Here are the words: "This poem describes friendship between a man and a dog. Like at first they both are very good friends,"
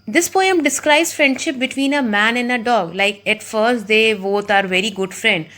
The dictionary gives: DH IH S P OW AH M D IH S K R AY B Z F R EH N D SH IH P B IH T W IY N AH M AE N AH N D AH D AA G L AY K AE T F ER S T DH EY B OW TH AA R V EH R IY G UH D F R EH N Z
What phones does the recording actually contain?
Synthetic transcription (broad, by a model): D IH S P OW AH M D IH S K R AY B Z F R EH N D SH IH P B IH T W IY N AH M AE N AH N D AH D AA G L AY K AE T F ER S T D EY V OW T AA R V EH R IY G UH D F R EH N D